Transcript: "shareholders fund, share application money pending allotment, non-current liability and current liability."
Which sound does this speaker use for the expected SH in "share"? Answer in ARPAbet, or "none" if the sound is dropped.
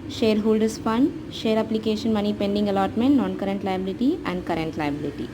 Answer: SH